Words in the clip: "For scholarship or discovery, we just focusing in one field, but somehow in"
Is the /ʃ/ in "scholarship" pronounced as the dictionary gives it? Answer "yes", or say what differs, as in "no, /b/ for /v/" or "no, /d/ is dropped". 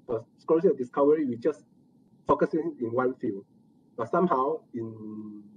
no, /ʃ/ is dropped